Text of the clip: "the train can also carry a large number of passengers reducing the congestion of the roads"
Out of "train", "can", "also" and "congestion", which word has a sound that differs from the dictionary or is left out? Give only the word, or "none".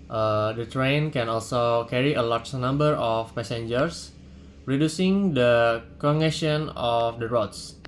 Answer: congestion